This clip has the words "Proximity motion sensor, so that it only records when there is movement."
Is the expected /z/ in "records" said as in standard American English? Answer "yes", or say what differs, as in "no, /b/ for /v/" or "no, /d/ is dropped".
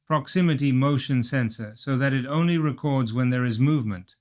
yes